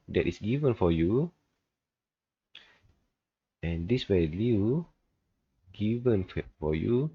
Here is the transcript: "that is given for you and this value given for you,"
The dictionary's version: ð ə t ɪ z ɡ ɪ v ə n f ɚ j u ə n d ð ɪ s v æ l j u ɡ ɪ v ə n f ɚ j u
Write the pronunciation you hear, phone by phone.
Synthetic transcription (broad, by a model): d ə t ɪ s ɡ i v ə n f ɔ j u ə n d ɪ s w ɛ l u ɡ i v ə n f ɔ j u